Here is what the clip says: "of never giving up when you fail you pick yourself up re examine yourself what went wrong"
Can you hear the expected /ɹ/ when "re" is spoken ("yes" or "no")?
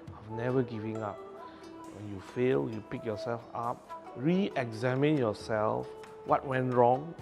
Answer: yes